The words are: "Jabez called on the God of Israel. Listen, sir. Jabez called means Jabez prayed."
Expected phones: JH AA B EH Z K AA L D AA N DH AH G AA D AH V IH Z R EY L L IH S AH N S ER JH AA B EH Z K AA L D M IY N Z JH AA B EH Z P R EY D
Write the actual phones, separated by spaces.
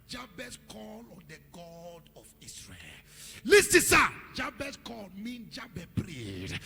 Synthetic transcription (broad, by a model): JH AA B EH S K AA L AA N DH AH G AA D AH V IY S R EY L L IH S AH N S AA JH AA B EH S K AA L M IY N JH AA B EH P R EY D